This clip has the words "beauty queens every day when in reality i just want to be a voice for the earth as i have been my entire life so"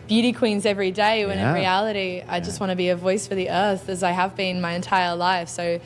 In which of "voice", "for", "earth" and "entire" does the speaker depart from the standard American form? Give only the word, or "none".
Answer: none